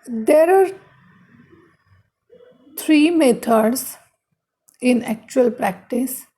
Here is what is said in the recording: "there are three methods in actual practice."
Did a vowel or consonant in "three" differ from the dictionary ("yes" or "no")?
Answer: yes